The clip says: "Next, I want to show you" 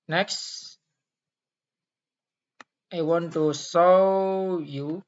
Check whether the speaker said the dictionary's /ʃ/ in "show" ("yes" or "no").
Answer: no